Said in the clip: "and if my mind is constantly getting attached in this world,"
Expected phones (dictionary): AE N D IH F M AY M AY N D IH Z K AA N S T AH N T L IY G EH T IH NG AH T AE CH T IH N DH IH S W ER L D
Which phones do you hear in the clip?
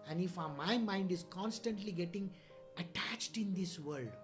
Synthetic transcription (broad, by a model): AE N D IH F M AY M AY N D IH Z K AA N S T AH N T L IY G EH T IH NG AH T AE CH T IH N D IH S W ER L D